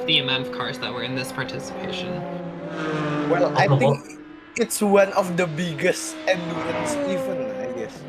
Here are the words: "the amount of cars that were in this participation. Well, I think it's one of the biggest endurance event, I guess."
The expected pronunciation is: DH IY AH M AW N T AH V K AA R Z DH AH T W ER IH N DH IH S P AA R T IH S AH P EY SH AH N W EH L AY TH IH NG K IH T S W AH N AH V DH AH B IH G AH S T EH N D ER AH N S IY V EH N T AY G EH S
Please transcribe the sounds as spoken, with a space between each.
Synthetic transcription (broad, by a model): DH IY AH M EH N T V K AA R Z DH AH T W ER IH N DH IH S P AA R T IH S AH P EY SH AH N W EH L AY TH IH NG K IH T S W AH N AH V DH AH B IH G AH S T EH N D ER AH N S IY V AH N AY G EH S